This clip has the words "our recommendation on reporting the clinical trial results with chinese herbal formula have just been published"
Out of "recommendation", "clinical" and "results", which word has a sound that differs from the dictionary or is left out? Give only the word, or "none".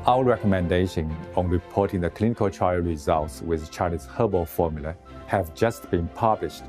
none